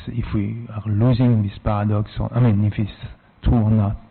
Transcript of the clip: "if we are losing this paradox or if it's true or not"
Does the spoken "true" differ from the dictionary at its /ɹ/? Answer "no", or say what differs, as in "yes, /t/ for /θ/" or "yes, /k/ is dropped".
yes, /ɹ/ is dropped